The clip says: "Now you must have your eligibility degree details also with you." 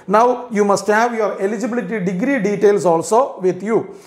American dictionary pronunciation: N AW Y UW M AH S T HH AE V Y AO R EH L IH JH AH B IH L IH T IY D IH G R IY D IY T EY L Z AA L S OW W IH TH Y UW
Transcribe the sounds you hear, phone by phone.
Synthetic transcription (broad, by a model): N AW Y UW M AH S T HH AE V Y AO R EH L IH JH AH B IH L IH T IY D IH G R IY D IY T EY L S AA L S OW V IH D Y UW